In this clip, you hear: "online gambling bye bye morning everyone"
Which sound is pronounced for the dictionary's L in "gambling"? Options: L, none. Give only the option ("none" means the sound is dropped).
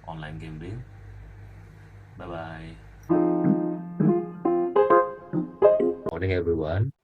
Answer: none